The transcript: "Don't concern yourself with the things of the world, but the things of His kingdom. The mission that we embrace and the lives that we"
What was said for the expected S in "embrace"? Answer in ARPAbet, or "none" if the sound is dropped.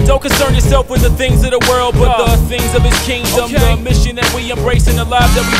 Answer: S